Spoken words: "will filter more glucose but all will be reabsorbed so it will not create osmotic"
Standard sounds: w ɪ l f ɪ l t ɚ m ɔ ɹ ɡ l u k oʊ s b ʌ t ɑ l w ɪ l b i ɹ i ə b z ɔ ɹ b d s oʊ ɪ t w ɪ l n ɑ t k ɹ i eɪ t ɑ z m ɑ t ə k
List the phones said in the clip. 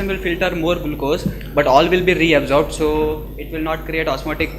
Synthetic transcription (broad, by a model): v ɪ l f ɪ l t ɚ m ɔ ɹ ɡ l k oʊ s b ʌ t ɑ l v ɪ l b i ɹ i ə b z ɔ ɹ b d s oʊ ɪ t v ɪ l n ɑ t k ɹ i eɪ t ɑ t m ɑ t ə k